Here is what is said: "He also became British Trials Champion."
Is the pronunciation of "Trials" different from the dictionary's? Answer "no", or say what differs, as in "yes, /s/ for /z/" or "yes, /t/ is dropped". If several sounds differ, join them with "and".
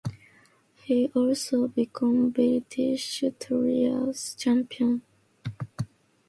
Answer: yes, /l/ is dropped